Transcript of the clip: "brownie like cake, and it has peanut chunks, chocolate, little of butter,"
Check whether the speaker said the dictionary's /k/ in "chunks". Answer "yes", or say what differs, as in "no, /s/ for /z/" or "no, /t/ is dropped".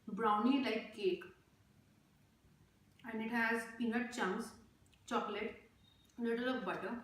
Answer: no, /k/ is dropped